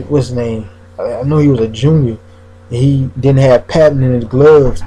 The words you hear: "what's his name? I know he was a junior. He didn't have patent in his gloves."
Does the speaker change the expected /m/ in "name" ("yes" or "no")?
yes